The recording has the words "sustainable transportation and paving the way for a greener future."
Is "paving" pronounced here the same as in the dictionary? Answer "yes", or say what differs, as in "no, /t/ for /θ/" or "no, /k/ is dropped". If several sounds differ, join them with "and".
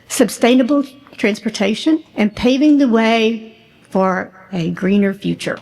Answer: yes